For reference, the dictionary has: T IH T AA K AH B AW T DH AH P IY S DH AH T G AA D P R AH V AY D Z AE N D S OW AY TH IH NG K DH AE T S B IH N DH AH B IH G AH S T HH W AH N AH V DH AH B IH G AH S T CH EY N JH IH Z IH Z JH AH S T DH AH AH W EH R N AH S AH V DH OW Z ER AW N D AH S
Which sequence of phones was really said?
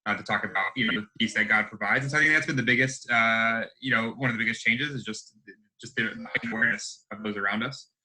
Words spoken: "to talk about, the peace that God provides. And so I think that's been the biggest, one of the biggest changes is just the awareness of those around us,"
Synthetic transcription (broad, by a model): T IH T AA K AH B AW T DH AH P IY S DH AH T G AA D P R AH V AY D Z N S OW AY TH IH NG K DH AE T S B IH N DH AH B IH G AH S T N W AH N AH V DH AH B IH G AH S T CH EY N JH IH Z IH Z JH AH S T DH AH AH W EH R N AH S AH V DH OW Z ER AW N D AH S